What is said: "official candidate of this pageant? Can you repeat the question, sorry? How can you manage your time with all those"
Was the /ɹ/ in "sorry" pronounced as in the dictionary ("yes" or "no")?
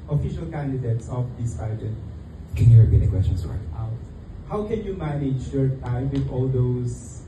no